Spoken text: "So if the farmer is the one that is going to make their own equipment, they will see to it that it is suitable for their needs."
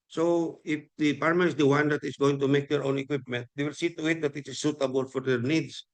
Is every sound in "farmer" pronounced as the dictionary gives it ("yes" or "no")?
no